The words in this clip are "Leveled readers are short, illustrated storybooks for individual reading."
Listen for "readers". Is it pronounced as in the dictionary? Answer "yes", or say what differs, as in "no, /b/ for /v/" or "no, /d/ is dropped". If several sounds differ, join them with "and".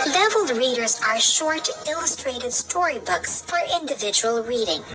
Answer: yes